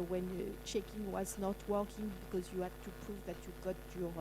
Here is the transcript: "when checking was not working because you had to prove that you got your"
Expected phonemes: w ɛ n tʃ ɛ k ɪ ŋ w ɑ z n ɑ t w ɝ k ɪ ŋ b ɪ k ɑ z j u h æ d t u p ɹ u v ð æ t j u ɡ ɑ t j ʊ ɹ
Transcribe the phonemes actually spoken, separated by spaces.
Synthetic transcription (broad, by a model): w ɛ n tʃ ɛ k ɪ ŋ w ɑ z n ɑ t w ɝ k ɪ ŋ b ɪ k ɑ z j u h æ d t u p ɹ u v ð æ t j u ɡ ɑ t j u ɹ